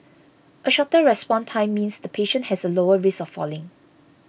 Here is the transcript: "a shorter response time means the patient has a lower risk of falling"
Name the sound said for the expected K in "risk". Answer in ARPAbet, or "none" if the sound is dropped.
none